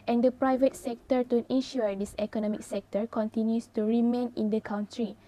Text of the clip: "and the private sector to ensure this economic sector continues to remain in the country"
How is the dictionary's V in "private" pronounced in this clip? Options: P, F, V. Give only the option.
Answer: V